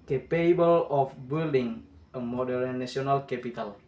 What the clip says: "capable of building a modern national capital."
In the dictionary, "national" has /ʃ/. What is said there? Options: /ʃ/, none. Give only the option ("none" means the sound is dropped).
none